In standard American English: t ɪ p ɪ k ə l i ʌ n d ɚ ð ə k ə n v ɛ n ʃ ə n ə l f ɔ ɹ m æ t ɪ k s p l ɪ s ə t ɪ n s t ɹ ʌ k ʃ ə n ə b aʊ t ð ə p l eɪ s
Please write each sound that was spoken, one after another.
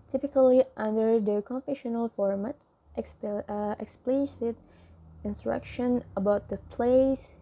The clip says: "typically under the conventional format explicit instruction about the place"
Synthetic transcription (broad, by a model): t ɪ p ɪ k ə l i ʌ n d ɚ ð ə k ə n f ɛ ʃ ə n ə l f ɔ ɹ m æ t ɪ k s p l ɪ s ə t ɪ n s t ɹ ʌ k ʃ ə n ə b aʊ t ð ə p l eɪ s